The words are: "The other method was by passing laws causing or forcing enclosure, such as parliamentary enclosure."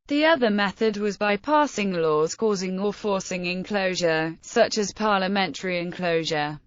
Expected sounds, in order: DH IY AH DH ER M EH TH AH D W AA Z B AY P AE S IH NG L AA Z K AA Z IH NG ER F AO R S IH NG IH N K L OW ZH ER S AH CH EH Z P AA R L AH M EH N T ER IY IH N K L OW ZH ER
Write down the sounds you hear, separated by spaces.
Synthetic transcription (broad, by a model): DH IY AH DH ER M EH TH AH D W AA Z B AY P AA S IH NG L AA Z K AA Z IH NG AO F AO S IH NG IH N K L OW ZH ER S AH CH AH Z P AA L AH M EH N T ER IY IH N K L OW ZH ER